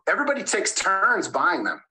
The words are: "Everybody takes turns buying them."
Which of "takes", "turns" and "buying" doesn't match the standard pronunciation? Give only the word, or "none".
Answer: none